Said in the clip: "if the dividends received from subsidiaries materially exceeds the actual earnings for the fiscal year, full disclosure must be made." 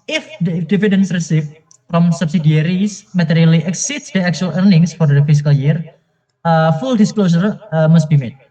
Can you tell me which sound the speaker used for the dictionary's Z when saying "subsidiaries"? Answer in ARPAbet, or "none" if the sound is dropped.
S